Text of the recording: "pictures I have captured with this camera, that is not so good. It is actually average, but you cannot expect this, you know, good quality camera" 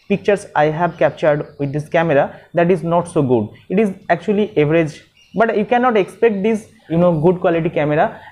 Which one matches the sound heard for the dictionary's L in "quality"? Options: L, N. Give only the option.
L